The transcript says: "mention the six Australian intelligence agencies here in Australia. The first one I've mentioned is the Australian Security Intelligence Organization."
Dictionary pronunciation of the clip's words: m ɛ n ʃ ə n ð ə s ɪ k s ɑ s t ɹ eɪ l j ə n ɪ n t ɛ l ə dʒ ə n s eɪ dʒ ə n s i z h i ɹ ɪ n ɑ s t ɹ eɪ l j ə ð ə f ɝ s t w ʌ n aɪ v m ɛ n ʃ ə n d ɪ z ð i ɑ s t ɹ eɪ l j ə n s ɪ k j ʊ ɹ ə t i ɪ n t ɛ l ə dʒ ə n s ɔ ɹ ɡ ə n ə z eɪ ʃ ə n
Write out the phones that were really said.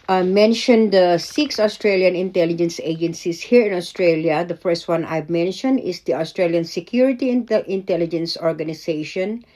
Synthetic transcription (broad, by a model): m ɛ n ʃ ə n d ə s ɪ k s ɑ s t ɹ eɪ l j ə n ɪ n t ɛ l ə dʒ ə n s eɪ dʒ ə n s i s h i ɹ ɪ n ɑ s t ɹ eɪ l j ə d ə f ɝ s t w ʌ n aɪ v m ɛ n ʃ ə n d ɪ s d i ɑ s t ɹ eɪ l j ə n s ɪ k j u ɹ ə t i ɪ n t ɛ l ə dʒ ə n s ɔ ɹ ɡ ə n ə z eɪ ʃ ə n